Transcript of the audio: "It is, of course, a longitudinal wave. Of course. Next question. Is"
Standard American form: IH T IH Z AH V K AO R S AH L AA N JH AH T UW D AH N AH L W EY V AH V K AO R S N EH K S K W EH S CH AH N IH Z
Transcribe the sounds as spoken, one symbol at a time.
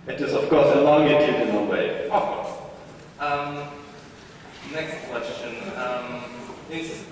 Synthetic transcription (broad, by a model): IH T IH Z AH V K AO R S AH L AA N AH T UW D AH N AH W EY AH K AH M N EH K S K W EH S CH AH N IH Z